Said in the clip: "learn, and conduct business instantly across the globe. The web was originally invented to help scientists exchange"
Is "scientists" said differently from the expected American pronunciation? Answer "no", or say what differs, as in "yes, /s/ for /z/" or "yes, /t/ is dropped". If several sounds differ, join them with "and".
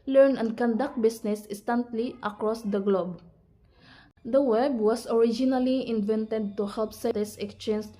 yes, /n/ is dropped